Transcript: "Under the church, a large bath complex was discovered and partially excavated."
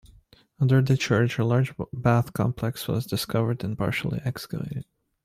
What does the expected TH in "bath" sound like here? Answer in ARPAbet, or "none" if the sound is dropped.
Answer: TH